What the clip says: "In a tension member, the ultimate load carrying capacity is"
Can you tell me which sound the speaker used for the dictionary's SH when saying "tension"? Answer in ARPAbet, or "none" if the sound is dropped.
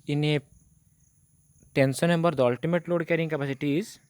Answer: S